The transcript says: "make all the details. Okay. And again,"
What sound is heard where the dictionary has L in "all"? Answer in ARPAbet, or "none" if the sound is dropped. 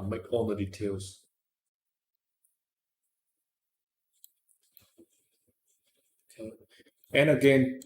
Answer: N